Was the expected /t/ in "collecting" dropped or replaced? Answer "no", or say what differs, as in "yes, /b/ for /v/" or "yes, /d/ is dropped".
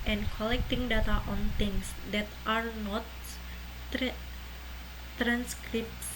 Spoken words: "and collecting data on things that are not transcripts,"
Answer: no